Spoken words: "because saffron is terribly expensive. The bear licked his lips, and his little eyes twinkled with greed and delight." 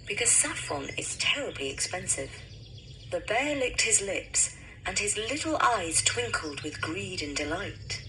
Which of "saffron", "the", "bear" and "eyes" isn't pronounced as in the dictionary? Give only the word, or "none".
saffron